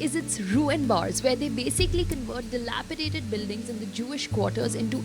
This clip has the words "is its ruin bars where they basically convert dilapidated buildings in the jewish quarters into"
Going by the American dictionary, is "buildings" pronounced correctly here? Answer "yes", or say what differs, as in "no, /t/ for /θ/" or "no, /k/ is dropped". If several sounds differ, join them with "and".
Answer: yes